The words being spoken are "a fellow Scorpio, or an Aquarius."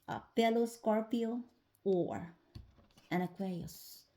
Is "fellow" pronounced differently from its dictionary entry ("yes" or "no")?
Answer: yes